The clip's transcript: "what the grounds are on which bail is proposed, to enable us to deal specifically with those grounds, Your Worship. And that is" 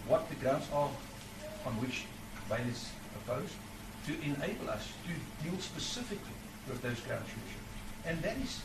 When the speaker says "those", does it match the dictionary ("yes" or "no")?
yes